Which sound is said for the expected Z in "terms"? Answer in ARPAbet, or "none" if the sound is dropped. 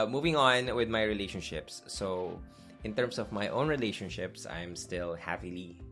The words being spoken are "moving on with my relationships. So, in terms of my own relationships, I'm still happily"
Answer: S